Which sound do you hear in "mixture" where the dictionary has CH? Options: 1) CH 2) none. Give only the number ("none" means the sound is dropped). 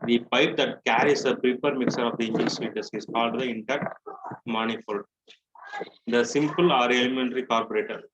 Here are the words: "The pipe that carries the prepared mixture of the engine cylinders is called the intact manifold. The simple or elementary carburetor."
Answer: 2